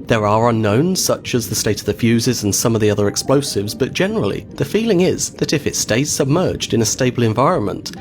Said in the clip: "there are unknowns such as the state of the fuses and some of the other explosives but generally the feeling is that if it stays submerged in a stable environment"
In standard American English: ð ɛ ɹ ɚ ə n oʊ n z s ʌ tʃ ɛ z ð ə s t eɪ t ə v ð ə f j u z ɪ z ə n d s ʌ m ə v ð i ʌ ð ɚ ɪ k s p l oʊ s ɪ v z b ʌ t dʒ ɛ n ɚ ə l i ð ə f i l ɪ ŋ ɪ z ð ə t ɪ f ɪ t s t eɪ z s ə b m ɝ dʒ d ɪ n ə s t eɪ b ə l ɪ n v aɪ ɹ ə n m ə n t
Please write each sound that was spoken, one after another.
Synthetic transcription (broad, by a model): ð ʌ ɹ ɚ ə n oʊ n z s ʌ tʃ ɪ z ð ə s t eɪ t ə v ð ə f j u z ɪ z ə n s ʌ m ə v ð i ʌ ð ɚ ɪ k s p l oʊ s ɪ v z b ʌ t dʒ ɛ n ɚ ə l i ð ə f i l ɪ ŋ ɪ z ð ə t ɪ f ɪ t s t eɪ z s ə b m ɝ dʒ d ɪ n ə s t eɪ b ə l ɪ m v aɪ ɹ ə n m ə n t